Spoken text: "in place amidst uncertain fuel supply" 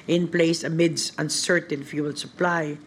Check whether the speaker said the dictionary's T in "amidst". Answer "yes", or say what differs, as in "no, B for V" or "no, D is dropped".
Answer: no, T is dropped